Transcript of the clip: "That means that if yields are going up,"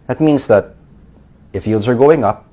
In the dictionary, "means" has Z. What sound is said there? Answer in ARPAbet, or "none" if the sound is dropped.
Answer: Z